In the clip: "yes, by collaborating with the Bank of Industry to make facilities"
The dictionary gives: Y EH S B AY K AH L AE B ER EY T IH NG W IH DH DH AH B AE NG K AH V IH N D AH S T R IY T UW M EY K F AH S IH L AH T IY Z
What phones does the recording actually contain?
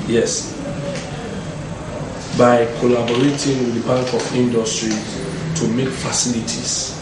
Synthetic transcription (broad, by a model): Y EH S B AY K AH L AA B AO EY T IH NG W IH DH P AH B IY K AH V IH N D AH S T R IY T UW M EY K F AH S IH L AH T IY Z